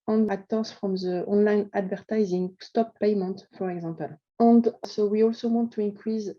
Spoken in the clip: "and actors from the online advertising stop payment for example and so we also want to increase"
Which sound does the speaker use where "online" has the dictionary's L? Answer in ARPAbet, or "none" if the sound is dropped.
L